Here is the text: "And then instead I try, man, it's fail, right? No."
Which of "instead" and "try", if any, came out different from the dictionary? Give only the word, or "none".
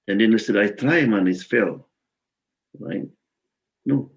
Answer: instead